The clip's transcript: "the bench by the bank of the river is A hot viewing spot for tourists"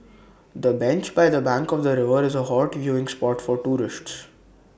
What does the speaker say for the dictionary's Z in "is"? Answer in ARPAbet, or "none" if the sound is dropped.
Z